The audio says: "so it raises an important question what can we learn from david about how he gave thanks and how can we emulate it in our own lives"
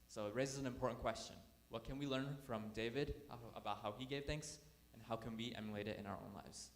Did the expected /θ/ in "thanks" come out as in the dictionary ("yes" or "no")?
yes